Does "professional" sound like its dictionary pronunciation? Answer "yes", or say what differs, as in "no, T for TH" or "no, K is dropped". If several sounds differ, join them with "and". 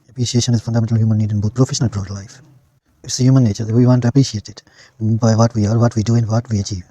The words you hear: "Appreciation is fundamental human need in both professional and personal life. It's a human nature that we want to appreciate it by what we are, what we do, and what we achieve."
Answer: yes